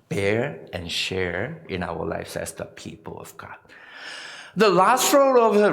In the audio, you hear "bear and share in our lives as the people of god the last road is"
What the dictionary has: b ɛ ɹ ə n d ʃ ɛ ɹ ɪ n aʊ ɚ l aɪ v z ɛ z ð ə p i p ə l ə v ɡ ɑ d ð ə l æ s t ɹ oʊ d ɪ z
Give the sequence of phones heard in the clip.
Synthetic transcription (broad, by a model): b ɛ ɹ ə n ʃ ɛ ɹ ɪ n aʊ ɚ l aɪ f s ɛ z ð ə p i p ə l ə v ɡ ɑ d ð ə l æ s t ɹ oʊ d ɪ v